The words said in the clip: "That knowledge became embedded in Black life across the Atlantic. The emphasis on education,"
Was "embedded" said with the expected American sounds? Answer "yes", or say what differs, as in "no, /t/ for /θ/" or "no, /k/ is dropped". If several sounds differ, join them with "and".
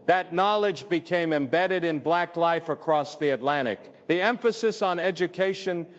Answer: yes